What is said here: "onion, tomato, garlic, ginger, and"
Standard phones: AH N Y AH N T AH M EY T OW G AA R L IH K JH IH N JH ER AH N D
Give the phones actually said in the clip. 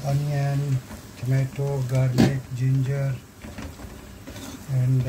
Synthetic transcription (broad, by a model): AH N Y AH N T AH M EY T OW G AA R N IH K JH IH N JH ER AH N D